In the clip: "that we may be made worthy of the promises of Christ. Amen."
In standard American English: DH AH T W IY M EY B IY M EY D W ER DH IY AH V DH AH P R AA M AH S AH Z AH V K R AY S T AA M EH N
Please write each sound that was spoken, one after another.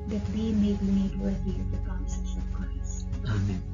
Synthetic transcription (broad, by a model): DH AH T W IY M EY B IY M EY D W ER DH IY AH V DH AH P R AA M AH S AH S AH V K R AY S AA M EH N